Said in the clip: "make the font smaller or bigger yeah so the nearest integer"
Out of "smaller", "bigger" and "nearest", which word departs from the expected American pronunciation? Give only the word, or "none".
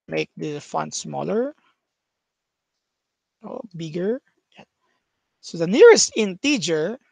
none